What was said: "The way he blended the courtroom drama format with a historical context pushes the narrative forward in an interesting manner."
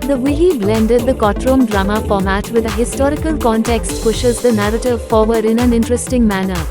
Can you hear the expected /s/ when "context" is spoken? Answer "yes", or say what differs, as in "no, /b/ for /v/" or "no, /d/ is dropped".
yes